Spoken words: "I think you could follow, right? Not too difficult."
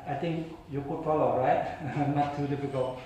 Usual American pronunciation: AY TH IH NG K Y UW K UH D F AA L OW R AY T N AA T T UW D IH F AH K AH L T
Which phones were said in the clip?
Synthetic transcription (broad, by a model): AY T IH NG K Y UW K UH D F AA L OW R AY T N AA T T UW D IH F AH K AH L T